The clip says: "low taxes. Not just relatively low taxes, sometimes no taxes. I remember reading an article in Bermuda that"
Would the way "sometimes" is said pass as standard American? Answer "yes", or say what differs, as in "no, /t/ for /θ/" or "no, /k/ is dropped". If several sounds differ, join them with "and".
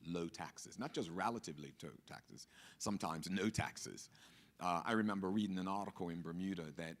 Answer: yes